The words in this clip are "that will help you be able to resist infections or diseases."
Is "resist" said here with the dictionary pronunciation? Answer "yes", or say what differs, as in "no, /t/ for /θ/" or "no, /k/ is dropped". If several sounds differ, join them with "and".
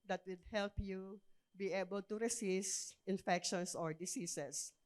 no, /s/ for /z/